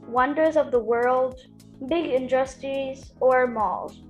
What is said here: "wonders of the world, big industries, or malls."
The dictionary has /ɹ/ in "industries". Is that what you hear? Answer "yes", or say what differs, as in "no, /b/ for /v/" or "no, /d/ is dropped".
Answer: no, /ɹ/ is dropped